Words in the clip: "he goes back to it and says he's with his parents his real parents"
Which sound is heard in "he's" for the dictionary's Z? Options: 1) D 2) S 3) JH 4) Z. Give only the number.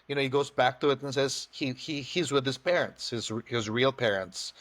4